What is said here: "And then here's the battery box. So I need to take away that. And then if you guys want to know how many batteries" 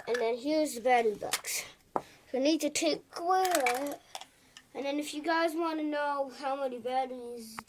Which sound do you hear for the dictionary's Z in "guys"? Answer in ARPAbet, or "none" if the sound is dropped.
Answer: Z